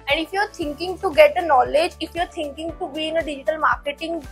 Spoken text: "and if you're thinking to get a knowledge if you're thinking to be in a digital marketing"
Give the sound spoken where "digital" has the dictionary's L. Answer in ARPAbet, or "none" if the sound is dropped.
L